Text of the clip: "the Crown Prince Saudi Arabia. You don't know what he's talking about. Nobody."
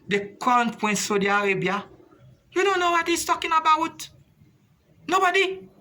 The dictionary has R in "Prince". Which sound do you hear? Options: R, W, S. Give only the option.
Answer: W